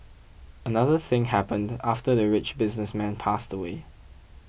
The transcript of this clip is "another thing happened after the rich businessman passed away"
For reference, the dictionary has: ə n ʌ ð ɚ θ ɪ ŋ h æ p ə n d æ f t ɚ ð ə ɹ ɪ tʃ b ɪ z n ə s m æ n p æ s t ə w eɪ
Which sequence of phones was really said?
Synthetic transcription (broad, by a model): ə n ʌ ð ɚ θ ɪ ŋ h æ p ə n d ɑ f t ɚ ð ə ɹ ɪ tʃ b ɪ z n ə s m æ n p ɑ s t ə w eɪ